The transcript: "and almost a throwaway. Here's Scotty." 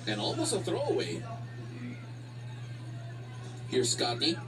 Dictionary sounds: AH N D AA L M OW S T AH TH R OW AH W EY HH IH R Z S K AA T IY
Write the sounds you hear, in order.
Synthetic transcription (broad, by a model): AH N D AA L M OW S AH TH R OW AH W EY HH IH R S K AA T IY